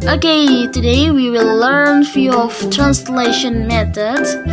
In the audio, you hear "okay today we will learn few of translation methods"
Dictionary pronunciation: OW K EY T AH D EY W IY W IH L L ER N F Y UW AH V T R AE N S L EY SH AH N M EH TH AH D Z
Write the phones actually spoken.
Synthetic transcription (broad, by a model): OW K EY T AH D EY W IY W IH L L ER N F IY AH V T R AE N S L EY SH AH N M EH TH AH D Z